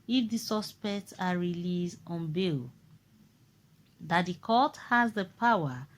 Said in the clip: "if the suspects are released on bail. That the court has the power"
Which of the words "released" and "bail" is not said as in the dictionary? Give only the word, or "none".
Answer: released